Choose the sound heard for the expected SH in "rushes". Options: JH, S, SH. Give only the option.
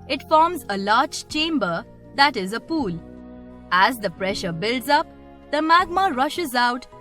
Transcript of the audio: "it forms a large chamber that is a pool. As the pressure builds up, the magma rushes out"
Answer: SH